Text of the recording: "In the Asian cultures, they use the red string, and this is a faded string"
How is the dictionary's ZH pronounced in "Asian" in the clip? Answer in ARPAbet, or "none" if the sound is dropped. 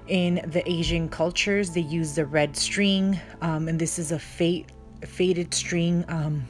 ZH